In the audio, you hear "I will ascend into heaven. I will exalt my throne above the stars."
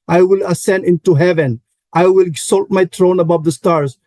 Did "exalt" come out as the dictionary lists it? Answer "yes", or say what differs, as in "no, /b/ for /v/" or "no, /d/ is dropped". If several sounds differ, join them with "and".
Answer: no, /s/ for /z/